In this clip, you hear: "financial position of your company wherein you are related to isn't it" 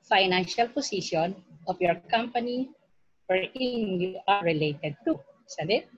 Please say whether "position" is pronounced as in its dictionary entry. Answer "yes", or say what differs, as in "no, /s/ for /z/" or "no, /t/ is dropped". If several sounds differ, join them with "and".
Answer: no, /s/ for /z/